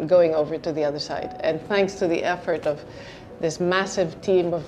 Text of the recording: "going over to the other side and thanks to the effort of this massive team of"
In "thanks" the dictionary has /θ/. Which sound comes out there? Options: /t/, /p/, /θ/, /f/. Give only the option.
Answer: /θ/